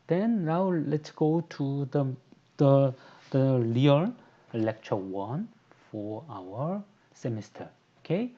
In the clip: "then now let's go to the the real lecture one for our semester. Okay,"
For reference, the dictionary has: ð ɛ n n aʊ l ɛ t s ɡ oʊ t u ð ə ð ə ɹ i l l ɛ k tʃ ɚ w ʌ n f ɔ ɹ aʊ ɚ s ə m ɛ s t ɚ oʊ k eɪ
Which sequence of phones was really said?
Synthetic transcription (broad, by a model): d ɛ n n aʊ l ɛ t s ɡ oʊ t u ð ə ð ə l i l l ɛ k tʃ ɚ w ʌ n f ɔ ɹ aʊ ɚ s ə m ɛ s t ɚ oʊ k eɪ